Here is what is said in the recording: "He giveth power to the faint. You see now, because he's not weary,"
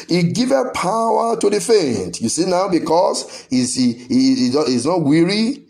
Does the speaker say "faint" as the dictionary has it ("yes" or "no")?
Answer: yes